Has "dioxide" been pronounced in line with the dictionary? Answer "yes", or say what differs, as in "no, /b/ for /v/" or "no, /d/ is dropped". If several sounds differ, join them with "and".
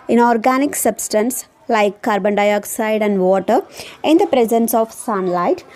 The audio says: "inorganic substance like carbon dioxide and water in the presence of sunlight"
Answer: yes